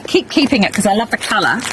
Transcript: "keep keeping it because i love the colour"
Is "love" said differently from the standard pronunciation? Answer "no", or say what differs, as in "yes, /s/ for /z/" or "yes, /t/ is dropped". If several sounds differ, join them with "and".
no